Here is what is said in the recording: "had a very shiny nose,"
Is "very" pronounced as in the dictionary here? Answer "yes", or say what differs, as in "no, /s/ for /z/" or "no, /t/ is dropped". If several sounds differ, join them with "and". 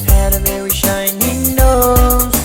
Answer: no, /w/ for /ɹ/